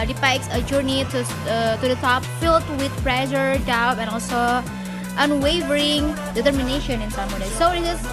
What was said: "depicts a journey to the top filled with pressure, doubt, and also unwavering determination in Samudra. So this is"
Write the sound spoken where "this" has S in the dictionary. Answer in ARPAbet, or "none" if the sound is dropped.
none